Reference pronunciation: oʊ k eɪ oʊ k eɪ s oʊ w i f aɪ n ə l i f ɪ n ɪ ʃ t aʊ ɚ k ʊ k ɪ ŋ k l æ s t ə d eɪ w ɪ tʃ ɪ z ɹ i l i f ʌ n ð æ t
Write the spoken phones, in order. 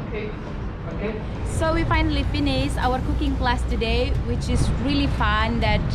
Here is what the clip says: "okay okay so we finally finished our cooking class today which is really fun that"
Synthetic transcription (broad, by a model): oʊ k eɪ oʊ k eɪ s oʊ w i f aɪ n ə l i f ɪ n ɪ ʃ aʊ ɚ k ʊ k ɪ ŋ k l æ s t ə d eɪ w ɪ tʃ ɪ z ɹ i l i f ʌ n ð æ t